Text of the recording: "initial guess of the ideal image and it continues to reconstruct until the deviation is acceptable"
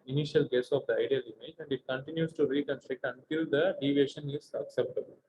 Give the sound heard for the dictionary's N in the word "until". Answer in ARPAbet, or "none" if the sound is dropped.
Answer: N